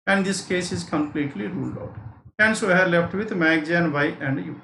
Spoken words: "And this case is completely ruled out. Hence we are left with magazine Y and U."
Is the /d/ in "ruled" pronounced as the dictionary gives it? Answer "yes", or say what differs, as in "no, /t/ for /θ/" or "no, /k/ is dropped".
yes